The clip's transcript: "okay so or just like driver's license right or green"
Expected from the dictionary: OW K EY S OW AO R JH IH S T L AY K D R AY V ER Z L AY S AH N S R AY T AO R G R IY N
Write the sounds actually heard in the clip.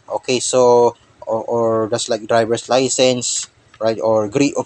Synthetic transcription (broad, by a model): OW K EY S OW AO R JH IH S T L AY K D R AY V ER S L AY S AH N S R AY T AO R G R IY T